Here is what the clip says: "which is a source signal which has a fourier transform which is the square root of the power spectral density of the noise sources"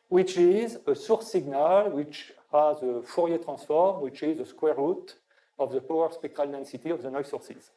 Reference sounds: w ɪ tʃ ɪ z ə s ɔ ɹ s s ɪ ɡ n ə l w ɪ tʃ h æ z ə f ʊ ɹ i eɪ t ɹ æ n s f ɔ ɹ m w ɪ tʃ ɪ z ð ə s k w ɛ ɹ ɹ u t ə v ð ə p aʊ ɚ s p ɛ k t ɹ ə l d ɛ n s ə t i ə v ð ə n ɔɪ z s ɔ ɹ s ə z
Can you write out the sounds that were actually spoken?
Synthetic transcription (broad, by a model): w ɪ tʃ ɪ z ə s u ɹ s s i ɡ n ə l w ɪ tʃ h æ z ə f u ɹ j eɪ t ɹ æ s f ɔ ɹ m w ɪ tʃ ɪ z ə s k w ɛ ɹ ɹ u t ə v ð ə p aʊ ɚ s p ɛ k t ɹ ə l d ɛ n s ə t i ə v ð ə n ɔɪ s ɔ ɹ s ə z